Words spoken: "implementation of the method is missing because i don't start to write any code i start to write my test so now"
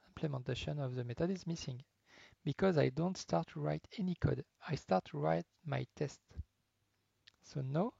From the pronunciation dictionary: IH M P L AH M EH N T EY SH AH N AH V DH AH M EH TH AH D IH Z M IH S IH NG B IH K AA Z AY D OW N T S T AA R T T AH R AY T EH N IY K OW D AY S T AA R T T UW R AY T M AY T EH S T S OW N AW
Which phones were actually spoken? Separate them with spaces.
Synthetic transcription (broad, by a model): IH M P L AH M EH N T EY SH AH N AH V DH AH M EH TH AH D IH Z M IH S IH NG B IH K AA Z AY D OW N T S T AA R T T R AY T EH N IY K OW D AY S T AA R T T UW R AY T M AY T EH S T S OW N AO